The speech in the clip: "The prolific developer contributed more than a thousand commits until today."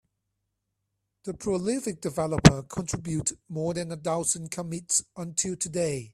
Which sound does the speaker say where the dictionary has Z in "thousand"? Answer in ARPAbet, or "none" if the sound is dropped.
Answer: S